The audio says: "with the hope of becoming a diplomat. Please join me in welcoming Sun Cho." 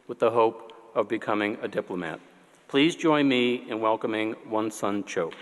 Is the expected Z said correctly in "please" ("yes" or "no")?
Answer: yes